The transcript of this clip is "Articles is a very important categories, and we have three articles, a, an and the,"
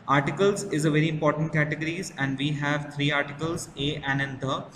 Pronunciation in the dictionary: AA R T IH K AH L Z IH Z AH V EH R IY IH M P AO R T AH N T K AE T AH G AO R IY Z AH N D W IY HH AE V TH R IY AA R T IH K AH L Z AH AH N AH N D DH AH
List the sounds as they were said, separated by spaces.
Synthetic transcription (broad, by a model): AA R T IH K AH L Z IH Z AH V EH R IY IH M P AO R T AH N T K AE T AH G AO R IY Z AH N D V IY HH AE V T R IY AA R T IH K AH L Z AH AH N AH N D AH